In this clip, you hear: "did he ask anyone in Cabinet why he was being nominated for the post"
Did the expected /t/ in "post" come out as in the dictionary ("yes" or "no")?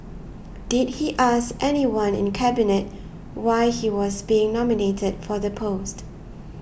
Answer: yes